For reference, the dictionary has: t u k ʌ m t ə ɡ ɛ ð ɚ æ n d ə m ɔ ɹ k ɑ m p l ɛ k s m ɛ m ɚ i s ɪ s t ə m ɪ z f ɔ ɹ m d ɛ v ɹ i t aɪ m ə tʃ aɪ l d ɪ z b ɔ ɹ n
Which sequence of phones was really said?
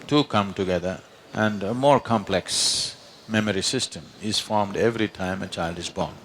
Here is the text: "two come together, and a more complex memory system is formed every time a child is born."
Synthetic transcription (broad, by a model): t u k ʌ m t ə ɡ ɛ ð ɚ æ n d ə m ɔ ɹ k ɑ m p l ɛ k s m ɛ m ɚ i s ɪ s t ə m ɪ z f ɔ ɹ m d ɛ v ɹ i t aɪ m ə tʃ aɪ l d ɪ z b ɔ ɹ n